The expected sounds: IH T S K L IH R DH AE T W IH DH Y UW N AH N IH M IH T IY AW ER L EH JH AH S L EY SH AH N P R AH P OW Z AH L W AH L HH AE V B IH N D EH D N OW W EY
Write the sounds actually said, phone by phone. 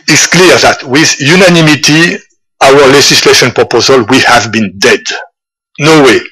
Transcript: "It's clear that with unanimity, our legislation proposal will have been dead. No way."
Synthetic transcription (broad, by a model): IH T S K L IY R DH AE T W IH DH Y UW N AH N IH M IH T IY AW ER L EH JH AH S L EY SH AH N P R AH P OW Z AH L W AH HH AE V B IH N D EH D N OW W EY